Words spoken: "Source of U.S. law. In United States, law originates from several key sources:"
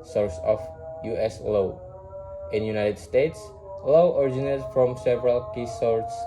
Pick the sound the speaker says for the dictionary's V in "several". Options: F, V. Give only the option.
V